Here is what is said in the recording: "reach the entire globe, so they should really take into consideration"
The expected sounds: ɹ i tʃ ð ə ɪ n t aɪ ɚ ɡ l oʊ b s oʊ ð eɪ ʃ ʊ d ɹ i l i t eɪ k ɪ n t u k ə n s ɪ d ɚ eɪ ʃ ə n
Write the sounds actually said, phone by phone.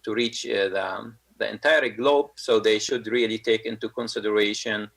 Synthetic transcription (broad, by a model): ɹ i tʃ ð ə ɪ n t aɪ ɚ ɡ l oʊ b s oʊ ð eɪ ʃ ʊ d ɹ i l i t eɪ k ɪ n t u k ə n s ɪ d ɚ eɪ ʃ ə n